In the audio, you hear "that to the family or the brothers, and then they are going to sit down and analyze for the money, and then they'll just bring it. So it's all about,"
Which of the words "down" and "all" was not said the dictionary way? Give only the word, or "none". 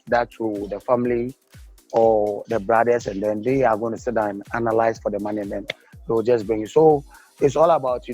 down